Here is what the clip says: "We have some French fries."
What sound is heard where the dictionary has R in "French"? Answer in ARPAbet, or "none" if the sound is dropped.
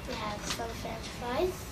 none